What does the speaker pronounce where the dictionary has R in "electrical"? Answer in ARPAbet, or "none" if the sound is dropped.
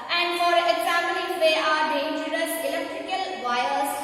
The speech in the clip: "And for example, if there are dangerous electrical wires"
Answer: R